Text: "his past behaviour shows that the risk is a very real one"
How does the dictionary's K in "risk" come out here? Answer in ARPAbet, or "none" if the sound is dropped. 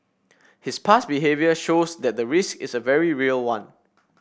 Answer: K